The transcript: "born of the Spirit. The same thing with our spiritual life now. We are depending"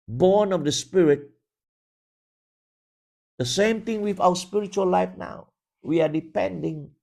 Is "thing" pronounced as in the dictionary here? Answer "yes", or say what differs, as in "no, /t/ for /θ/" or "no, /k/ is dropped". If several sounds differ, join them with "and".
no, /t/ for /θ/